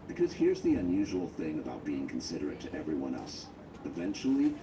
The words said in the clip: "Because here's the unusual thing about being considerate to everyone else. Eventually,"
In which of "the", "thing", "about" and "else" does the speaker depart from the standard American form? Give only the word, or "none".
none